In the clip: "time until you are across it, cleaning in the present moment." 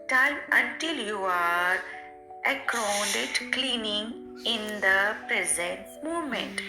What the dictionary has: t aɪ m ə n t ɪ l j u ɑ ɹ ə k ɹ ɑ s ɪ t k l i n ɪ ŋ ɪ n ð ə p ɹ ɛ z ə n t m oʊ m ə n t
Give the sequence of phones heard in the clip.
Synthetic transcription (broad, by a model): t aɪ m ə n t ɪ l j u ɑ ɹ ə k ɑ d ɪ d k l i n ɪ ŋ ɪ n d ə p ɹ ɛ z ə n t m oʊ m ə n t